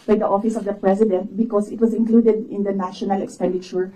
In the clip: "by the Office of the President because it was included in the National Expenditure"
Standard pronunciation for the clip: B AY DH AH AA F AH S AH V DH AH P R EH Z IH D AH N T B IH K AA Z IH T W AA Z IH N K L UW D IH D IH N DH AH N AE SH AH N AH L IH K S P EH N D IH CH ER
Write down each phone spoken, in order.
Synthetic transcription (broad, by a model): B AY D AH AA F AH S AH V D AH P R EH S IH D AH N T B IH K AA S IH T W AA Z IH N K L UW D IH D IH N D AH N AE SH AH N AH L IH K S P EH N D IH CH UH